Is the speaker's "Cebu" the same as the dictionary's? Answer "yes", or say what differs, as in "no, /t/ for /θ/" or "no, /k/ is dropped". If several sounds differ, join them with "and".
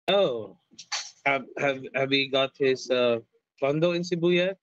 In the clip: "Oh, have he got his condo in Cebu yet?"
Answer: yes